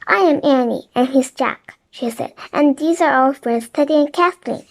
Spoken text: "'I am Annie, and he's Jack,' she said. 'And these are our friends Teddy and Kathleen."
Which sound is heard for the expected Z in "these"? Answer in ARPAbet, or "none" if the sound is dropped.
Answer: Z